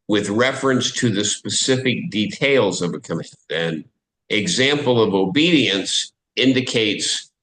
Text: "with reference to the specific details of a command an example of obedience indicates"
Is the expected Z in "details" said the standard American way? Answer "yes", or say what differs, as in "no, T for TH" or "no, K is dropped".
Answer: yes